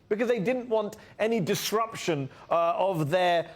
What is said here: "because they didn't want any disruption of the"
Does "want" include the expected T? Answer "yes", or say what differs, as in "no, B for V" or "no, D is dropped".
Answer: yes